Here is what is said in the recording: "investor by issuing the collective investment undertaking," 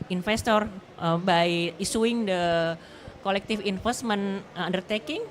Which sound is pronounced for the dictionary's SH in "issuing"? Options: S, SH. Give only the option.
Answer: S